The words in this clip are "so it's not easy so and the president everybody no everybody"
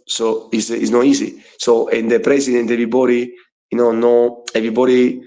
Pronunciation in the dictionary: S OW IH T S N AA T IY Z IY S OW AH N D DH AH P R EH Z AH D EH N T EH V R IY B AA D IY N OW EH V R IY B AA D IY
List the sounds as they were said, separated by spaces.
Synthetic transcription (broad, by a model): S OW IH S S N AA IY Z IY S OW AH N D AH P R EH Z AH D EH N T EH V IY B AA D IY N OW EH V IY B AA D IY